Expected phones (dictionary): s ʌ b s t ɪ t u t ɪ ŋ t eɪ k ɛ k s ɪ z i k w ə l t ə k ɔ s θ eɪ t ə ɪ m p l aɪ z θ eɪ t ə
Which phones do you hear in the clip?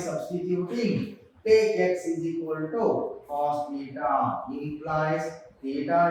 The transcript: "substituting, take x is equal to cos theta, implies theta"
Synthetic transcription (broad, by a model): s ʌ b s t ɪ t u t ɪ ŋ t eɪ ɛ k s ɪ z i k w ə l t ə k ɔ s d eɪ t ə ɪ p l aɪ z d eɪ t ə